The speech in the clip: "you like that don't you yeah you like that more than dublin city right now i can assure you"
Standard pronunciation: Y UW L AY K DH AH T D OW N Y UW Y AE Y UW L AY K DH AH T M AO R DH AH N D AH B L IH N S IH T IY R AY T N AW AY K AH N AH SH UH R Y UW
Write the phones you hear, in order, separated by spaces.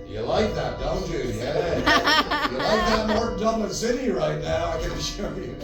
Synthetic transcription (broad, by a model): Y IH L AY K DH AH T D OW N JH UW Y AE Y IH L AY K DH AH T M AO R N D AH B IH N S IH T IY R AY T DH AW AY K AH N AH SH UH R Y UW